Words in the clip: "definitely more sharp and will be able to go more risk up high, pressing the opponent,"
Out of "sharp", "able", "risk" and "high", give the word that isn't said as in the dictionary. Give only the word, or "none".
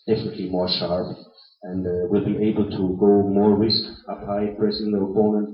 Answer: none